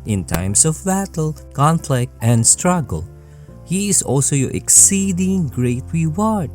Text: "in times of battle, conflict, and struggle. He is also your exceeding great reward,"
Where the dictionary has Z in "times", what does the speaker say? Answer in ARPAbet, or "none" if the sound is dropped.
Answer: S